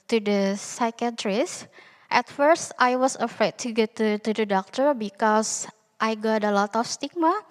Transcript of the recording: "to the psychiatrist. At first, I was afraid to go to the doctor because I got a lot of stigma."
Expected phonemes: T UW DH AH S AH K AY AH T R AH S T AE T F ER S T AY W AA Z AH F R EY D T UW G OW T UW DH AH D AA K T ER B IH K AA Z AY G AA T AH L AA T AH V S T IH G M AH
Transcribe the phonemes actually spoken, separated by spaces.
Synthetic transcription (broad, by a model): T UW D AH S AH K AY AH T R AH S T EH T F ER S T AY W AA S AH F R EY D T UW G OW T UW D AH D AA K T ER B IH K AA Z AY G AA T AH L AA T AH F S T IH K M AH